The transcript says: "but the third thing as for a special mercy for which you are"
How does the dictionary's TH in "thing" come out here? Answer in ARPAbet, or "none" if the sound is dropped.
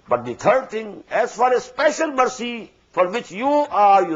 T